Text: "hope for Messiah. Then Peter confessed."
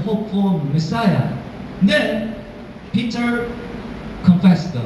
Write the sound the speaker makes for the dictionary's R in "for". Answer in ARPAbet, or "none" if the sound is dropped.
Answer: L